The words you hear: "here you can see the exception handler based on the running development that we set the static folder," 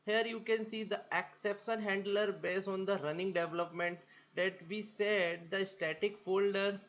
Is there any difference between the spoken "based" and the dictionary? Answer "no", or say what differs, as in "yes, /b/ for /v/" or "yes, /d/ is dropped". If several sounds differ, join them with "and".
yes, /t/ is dropped